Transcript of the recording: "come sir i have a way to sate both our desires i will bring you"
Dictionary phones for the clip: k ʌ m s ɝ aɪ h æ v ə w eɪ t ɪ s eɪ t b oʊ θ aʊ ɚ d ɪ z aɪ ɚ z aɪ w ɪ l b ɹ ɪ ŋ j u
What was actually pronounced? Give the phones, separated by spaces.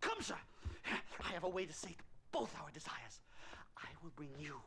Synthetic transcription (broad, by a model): k ʌ m s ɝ aɪ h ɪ v ə w eɪ t ɪ s eɪ t b oʊ θ aʊ ɚ d ɪ z aɪ ɚ z aɪ w ɪ l b ɹ ɪ ŋ j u